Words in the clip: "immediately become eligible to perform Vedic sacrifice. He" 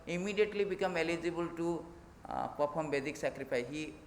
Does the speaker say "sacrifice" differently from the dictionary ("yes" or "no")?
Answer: yes